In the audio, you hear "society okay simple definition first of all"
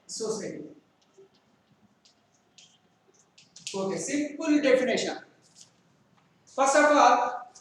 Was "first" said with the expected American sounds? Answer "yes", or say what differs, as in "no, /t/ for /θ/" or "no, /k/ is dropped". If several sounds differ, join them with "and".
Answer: no, /t/ is dropped